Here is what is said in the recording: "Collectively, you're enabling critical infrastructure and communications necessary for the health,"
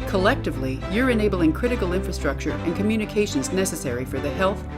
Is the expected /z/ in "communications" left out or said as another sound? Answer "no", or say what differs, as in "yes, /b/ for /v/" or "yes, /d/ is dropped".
no